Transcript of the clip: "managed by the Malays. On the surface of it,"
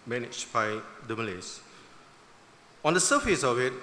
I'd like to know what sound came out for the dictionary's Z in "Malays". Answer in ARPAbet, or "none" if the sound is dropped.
S